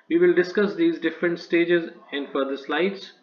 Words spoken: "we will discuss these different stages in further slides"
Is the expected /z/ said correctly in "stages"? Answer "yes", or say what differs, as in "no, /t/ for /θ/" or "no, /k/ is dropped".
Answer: yes